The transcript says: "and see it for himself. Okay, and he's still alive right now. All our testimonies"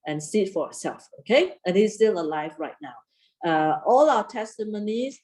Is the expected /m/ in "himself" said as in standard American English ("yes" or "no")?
no